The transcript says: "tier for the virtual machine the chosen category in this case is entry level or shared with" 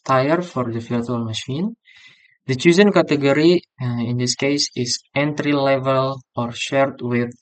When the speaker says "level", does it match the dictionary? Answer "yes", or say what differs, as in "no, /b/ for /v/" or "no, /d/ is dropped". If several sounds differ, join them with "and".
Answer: yes